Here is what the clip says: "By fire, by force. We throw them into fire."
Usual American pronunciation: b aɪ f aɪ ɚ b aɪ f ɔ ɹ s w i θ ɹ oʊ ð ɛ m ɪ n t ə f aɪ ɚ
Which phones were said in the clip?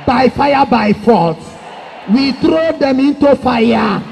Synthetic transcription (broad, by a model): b aɪ f aɪ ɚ b aɪ f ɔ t w i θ ɹ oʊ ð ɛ m ɪ n t ə f aɪ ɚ